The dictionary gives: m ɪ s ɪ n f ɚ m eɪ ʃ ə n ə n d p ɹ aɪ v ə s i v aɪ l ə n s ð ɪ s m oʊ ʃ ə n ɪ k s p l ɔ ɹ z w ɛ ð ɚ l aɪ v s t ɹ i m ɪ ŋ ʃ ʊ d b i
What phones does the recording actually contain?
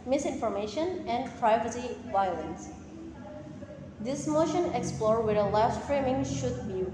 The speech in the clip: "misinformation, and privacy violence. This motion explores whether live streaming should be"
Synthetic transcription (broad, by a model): m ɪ s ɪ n f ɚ m eɪ ʃ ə n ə n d p ɹ aɪ v ə s i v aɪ l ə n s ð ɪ s m oʊ ʃ ə n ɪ k s p l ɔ ɹ w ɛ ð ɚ l aɪ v s t ɹ i m ɪ ŋ ʃ ʊ d b i